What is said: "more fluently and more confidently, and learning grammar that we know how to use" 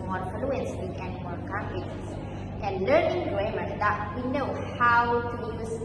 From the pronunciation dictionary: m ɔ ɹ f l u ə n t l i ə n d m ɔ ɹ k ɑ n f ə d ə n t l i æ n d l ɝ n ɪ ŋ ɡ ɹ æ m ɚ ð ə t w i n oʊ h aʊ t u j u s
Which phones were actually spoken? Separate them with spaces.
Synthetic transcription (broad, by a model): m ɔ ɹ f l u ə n s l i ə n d m ɔ ɹ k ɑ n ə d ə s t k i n l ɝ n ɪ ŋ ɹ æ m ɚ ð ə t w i n oʊ h aʊ t u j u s